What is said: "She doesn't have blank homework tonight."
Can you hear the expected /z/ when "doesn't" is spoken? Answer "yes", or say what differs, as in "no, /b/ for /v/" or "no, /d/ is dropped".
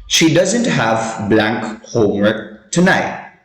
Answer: yes